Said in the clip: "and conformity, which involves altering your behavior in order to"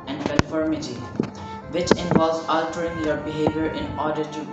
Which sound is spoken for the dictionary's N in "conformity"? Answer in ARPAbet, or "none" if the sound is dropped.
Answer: L